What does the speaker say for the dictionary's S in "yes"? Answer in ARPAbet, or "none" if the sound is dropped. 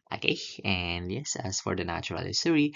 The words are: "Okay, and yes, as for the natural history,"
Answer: S